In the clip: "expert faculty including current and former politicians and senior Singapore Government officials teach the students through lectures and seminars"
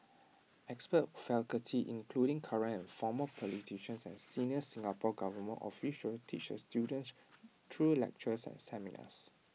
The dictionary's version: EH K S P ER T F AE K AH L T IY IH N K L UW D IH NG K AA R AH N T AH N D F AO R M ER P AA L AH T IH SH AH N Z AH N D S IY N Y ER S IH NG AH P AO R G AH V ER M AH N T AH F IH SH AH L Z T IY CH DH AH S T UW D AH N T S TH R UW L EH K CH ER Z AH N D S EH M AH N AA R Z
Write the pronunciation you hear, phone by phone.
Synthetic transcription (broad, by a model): EH K S P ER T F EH K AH T IY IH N K L UW D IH NG K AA R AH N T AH N F AO M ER P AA L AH T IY SH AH N S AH N S IY N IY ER S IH NG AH P AO G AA V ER M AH N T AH F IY SH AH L T IY CH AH S T UW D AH N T S T R UW L EH K CH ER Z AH N S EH M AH N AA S